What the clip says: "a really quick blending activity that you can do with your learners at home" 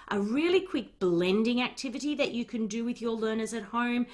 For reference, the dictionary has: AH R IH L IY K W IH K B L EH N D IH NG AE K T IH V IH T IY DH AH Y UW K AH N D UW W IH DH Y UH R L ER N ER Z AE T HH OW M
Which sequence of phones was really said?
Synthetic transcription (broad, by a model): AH R IH L IY K W IH K B L EH N D IH NG AE K T IH V IH T IY DH AH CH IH K AH N D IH W IH DH Y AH R L ER N ER Z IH T HH OW M